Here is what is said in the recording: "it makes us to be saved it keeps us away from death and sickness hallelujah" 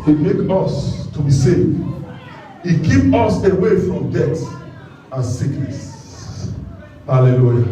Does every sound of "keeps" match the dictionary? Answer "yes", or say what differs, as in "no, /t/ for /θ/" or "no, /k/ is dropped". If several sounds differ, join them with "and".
no, /s/ is dropped